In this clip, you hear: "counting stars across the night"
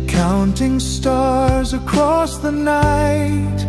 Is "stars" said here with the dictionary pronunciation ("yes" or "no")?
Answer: yes